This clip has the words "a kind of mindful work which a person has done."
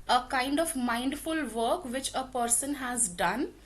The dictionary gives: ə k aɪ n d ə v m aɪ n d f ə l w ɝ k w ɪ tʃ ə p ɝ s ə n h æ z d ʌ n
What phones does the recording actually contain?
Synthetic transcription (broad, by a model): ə k aɪ n d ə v m aɪ n d f ə l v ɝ k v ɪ tʃ ə p ɝ s ə n h æ z d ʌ n